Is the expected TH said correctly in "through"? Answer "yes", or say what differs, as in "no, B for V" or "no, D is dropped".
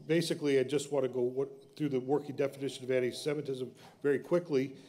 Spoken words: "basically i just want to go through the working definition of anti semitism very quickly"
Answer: yes